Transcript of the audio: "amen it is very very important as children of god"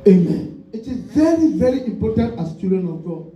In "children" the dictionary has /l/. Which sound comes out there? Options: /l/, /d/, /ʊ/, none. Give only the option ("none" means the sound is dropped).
none